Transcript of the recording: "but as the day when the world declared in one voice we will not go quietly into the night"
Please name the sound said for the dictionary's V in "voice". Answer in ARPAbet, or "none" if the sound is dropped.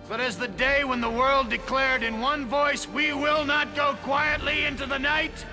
V